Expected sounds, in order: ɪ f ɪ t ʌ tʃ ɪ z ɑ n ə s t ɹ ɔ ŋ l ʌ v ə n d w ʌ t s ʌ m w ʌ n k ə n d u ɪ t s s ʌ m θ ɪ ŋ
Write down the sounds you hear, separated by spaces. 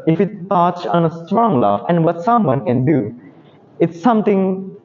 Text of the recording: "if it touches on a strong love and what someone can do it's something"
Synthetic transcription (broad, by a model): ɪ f ɪ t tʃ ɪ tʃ ɑ n ə s t ɹ ɔ ŋ l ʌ f ə n d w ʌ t s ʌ m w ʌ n k ə n d u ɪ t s s ʌ m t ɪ ŋ